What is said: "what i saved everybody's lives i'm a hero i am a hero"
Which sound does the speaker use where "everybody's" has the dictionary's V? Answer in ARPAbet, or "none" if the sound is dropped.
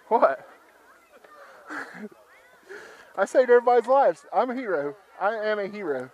none